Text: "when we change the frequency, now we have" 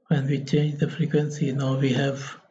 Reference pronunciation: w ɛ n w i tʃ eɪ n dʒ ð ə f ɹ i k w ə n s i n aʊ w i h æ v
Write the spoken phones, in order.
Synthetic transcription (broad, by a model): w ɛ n w i tʃ eɪ n dʒ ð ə f ɹ i k w ə n s i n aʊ w i h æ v